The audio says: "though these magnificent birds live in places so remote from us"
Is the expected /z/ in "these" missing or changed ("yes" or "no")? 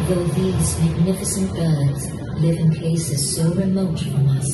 no